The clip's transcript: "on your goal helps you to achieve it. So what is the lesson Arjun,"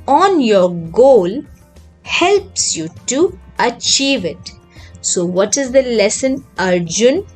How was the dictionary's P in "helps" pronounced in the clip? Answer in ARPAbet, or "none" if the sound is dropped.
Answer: P